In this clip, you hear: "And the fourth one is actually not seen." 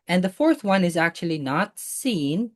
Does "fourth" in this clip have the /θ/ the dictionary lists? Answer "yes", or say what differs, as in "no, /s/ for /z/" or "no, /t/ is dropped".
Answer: yes